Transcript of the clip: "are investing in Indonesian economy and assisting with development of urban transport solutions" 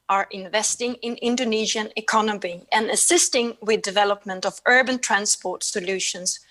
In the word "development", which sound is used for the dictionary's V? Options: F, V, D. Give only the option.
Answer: V